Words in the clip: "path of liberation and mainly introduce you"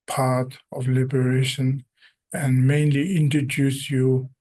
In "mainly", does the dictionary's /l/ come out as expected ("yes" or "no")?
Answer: yes